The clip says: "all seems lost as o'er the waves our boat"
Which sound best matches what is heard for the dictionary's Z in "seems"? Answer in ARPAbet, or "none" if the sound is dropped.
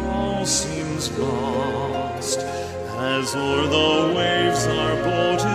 Z